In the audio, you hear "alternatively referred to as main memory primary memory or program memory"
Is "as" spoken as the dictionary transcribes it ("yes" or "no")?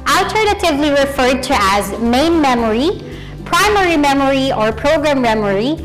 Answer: yes